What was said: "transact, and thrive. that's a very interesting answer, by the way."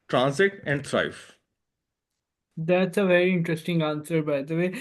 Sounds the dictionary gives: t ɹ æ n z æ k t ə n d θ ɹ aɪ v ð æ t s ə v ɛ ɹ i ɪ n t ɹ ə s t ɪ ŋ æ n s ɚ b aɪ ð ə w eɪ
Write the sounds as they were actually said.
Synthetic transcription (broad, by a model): t ɹ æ n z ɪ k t ə n d t ɹ aɪ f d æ t s ə v ɛ ɹ i ɪ n t ɹ ə s t ɪ ŋ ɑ n s ɚ b aɪ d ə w eɪ